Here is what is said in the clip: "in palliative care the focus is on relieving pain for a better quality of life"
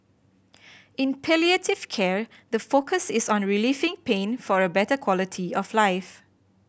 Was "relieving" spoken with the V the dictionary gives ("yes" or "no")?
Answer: no